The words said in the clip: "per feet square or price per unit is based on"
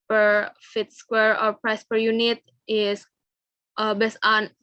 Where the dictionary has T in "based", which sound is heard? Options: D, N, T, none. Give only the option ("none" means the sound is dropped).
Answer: none